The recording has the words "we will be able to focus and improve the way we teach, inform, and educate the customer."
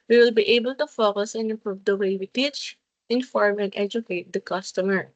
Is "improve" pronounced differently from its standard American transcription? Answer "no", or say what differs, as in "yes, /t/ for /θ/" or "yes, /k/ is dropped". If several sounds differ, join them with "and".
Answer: no